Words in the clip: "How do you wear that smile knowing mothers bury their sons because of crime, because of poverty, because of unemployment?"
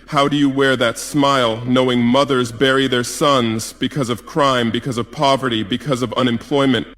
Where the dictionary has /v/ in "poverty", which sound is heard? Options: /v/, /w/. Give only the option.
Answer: /v/